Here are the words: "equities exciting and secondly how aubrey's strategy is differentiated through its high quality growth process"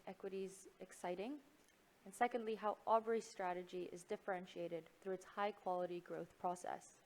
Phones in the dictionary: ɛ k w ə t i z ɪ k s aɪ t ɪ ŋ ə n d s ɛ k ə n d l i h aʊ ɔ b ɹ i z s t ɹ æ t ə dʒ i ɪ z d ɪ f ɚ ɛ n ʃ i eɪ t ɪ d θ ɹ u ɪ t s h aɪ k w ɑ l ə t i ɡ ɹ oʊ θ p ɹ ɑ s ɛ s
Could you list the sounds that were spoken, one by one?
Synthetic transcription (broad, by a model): ɛ k w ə t i z ɪ k s aɪ t ɪ ŋ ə n s ɛ k ə n d l i h aʊ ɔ b ɹ i s t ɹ æ t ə dʒ i ɪ z d ɪ f ɚ ɛ n ʃ i eɪ t ɪ d θ ɹ u ɪ t s h aɪ k w ɑ l ə t i ɡ ɹ oʊ θ p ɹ ɑ s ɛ s